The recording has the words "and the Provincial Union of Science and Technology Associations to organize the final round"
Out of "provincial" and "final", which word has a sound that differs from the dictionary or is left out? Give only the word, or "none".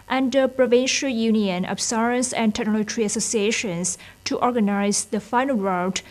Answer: none